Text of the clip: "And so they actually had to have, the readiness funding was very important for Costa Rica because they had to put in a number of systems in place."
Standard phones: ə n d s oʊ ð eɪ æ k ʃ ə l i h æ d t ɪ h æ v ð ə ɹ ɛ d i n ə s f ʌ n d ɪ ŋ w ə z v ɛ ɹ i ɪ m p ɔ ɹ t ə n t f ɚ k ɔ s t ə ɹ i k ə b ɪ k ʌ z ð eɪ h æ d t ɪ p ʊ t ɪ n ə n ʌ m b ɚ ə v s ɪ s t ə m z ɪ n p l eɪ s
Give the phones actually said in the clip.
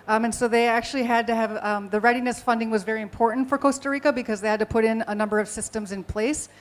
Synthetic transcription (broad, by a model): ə n s oʊ ð eɪ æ k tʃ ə l i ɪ d t ɪ v ð ə ɹ ɛ d i n ə s f ʌ n d ɪ ŋ w ə z v ɛ ɹ i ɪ m p ɔ ɹ t n t f ɚ k ɔ s t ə ɹ i k ə b ɪ k ʌ z ð eɪ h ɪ d t ɪ p ʊ t ɪ n ə n ʌ m b ɚ ə v s ɪ s t ə m z ɪ n p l eɪ s